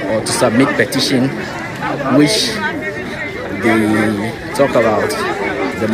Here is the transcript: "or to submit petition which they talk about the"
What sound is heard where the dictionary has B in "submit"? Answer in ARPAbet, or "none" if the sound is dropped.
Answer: B